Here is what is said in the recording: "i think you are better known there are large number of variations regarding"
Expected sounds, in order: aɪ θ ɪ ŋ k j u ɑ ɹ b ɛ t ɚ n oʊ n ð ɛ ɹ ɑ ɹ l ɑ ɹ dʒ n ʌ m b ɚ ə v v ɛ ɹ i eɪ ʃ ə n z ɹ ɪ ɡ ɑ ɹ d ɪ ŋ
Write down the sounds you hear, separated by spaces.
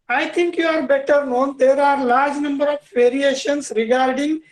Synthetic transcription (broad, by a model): aɪ t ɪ ŋ k j u ɑ ɹ b ɛ t ɚ n oʊ n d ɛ ɹ ɑ ɹ l ɑ ɹ dʒ n ʌ m b ɚ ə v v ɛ ɹ i eɪ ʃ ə n s ɹ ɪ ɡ ɑ ɹ d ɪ ŋ